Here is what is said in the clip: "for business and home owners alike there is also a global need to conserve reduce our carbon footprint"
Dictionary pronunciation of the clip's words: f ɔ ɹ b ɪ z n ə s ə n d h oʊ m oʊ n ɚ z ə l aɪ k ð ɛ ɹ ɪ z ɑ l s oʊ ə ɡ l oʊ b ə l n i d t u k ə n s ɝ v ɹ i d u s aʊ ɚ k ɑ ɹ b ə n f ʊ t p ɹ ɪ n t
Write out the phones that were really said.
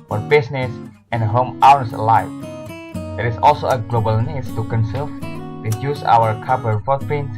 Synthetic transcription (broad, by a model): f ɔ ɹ b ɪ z n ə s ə n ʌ h oʊ m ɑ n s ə l aɪ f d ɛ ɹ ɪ s ɑ l s oʊ ə ɡ l oʊ b ə l n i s t u k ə n s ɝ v ɹ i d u s aʊ ɚ k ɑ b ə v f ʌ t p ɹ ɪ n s